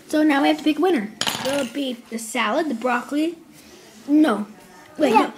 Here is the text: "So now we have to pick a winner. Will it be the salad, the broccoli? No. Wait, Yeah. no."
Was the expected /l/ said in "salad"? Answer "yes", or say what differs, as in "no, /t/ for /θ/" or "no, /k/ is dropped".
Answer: yes